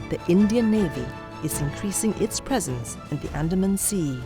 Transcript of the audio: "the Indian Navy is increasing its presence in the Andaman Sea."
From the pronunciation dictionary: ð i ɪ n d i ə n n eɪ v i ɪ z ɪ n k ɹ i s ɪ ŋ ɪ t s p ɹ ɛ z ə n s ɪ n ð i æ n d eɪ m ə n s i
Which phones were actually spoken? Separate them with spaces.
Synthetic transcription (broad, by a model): ð i ɪ n d i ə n n eɪ v i ɪ z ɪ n k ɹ i s ɪ ŋ ɪ t s p ɹ ɛ z ə n s ɪ n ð i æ n d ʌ m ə n s i